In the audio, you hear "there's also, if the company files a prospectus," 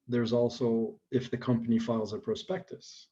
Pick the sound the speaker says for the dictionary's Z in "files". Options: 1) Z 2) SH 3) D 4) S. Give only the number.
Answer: 1